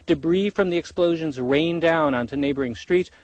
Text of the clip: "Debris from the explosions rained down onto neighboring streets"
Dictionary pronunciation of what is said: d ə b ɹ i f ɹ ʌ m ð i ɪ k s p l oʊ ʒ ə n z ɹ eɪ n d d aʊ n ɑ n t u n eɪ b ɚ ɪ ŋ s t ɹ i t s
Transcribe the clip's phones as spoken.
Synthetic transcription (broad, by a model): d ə b ɹ i f ɹ ʌ m ð i ɪ k s p l oʊ ʒ ə n z ɹ eɪ n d d aʊ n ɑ n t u n eɪ b ɚ ɪ ŋ s t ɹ i t s